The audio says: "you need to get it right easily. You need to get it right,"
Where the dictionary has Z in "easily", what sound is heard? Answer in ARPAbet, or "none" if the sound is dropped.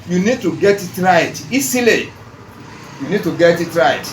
S